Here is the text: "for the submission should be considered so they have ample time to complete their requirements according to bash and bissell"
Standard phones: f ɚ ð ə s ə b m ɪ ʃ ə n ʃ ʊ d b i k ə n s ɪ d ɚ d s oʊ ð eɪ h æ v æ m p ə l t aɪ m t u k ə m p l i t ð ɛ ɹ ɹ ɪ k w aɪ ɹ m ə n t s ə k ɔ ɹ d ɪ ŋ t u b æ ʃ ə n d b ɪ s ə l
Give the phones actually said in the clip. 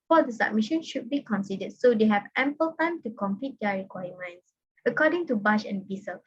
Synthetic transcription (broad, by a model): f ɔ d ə s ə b m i ʃ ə n ʃ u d b i k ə n s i d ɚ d s oʊ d eɪ h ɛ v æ m p ə l t aɪ m t u k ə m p i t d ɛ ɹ ɹ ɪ k w aɪ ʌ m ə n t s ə k ɔ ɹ d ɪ ŋ t u b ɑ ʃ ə n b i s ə l